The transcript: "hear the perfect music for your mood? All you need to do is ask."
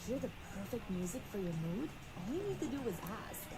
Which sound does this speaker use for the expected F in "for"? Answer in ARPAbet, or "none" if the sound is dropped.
F